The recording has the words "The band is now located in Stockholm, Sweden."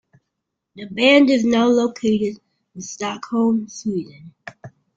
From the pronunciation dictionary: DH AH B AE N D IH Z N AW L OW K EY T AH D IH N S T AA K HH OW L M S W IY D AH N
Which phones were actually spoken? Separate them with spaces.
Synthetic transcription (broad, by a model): DH AH B AE N D IH Z N AW L OW K EY T AH D IH N S T AA K HH OW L M S W IY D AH N